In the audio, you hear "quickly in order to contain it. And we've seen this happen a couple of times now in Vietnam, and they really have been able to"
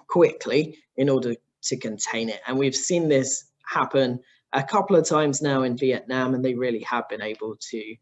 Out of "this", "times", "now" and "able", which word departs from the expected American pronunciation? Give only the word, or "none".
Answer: none